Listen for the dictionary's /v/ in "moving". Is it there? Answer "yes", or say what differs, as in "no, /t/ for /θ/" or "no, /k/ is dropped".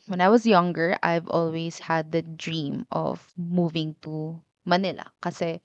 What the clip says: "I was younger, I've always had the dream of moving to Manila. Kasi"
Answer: yes